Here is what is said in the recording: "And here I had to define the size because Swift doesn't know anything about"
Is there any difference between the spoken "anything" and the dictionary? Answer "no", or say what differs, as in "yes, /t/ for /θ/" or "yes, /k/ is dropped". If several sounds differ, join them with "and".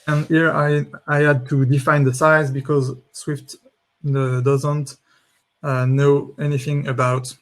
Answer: no